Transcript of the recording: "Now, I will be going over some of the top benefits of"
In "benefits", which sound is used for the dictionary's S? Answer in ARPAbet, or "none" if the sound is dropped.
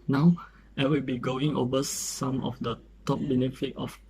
none